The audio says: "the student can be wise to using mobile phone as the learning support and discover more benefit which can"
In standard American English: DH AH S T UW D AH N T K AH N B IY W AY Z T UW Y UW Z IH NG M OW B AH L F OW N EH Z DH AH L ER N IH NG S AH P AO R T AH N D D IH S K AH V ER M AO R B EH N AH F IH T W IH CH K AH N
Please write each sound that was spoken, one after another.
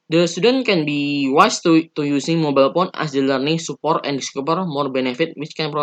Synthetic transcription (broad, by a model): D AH S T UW D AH N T K AH N B IY W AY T T UW Y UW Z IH NG M OW B AH L P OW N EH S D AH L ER N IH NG S AH P AO R T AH N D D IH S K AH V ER M AO R B EH N AH F IH T W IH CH K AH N